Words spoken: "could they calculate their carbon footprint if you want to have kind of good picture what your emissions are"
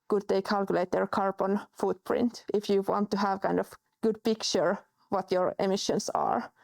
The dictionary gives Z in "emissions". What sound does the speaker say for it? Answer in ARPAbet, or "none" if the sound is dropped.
S